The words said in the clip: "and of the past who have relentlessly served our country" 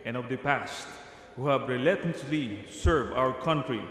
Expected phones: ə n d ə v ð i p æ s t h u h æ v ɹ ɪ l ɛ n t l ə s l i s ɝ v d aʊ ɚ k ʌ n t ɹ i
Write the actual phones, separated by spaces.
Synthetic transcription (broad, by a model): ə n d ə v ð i p æ s t h u h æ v ɹ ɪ l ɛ t ə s l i s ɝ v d aʊ ɚ k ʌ n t ɹ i